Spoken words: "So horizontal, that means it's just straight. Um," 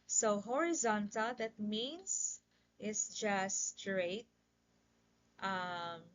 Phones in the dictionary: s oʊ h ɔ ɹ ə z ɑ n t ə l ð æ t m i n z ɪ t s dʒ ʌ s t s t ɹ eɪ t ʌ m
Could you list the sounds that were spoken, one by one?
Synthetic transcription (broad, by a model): s oʊ h ɔ ɹ ə z ɑ n t ə l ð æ t m i n s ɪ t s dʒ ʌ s s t ɹ eɪ t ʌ m